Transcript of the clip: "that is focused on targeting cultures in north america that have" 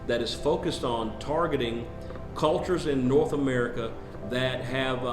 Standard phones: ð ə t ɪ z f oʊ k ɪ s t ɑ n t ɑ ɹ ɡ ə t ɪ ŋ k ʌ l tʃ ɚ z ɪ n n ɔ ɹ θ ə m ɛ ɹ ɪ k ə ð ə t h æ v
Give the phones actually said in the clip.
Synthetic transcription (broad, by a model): ð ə t ɪ z f oʊ k ɪ s t n t ɑ ɹ ɡ ə t ɪ ŋ k ʌ l tʃ ɚ z ɪ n n ɔ ɹ θ ə m ɛ ɹ ɪ k ə ð ə t h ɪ v